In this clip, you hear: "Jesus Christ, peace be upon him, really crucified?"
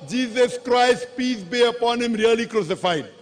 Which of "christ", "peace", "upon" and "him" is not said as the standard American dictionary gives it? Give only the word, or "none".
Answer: none